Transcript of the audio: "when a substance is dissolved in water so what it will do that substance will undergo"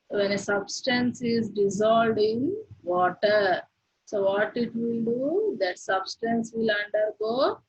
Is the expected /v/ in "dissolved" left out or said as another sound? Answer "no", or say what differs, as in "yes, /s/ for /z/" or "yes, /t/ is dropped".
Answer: yes, /v/ is dropped